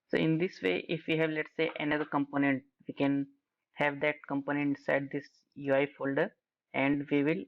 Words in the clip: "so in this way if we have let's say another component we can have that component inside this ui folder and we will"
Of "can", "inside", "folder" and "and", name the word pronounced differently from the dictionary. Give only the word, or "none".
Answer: inside